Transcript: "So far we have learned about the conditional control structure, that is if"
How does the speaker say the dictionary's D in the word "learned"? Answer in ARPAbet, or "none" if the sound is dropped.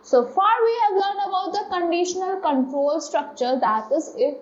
none